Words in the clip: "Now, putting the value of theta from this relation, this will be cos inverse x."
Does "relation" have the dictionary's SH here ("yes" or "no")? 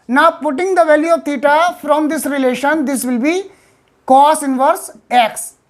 yes